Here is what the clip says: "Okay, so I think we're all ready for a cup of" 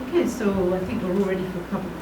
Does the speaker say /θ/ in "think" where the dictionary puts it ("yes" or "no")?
yes